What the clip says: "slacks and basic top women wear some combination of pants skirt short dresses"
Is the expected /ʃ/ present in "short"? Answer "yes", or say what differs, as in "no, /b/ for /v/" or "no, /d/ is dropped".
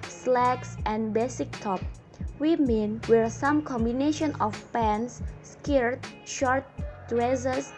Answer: yes